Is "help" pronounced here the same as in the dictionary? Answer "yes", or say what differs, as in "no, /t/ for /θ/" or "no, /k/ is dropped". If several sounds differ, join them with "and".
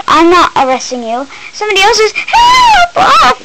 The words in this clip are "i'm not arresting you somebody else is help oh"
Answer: no, /l/ is dropped